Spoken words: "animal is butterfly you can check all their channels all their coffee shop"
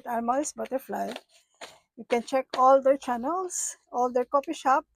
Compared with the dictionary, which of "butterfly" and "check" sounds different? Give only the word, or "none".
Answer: none